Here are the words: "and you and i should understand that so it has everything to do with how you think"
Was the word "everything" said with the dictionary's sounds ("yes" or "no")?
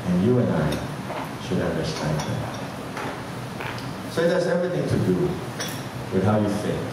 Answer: yes